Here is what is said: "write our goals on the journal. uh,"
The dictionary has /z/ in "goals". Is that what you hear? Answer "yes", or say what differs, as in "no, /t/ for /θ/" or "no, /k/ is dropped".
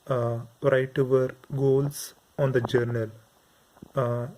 no, /s/ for /z/